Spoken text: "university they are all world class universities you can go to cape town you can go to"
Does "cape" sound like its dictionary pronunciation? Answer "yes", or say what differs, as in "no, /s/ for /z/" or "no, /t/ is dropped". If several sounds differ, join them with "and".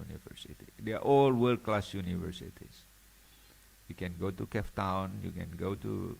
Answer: no, /f/ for /p/